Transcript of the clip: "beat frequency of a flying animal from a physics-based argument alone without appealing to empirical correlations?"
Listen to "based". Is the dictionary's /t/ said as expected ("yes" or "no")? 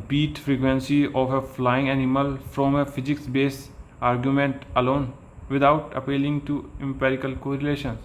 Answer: no